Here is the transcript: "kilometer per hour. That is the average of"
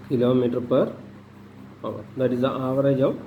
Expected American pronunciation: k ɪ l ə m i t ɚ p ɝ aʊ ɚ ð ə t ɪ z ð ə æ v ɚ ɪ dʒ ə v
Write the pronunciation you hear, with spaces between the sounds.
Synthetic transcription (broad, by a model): k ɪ l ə m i t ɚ p ɝ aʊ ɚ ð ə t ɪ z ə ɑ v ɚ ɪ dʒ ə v